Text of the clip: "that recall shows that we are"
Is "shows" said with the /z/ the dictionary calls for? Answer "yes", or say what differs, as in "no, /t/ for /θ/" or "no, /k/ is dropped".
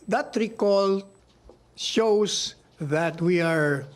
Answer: no, /s/ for /z/